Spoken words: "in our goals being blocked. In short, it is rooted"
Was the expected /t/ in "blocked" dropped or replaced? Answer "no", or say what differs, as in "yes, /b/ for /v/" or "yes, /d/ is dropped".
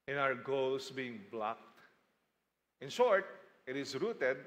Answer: no